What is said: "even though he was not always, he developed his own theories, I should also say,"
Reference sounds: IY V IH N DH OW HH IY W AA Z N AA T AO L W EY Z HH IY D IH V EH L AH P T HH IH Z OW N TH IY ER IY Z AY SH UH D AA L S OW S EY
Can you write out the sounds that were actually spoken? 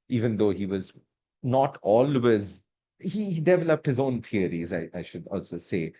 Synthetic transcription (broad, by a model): IY V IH N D OW HH IY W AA Z N AA T AO L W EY Z HH IY D IH V EH L AH P T HH IH Z OW N T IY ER IY Z AY SH UH D AA L S OW S EY